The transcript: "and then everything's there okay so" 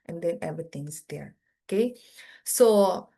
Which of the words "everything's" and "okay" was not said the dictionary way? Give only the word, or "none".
everything's